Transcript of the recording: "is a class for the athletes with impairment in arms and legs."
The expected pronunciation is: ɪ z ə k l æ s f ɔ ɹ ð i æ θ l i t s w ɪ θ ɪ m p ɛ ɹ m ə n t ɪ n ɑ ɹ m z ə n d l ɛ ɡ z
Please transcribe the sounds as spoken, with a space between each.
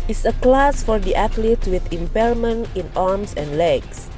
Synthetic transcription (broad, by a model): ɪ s ə k l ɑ s f ɔ ɹ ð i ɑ t l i t w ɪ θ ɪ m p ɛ l m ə n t ɪ n ɑ ɹ m s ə n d l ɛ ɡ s